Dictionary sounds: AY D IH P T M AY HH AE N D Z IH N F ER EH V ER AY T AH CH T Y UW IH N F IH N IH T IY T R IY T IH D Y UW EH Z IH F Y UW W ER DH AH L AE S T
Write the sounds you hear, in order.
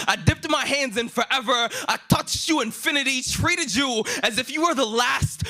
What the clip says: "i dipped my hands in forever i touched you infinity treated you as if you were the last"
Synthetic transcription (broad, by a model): AY D IH P T M AY HH AE N D Z IH N F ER EH V ER AY T AH CH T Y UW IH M F IH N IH T IY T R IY T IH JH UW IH Z IH F Y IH W ER DH AH L AE S T